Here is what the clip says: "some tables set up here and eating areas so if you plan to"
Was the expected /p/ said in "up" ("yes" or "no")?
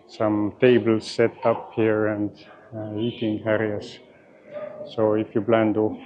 yes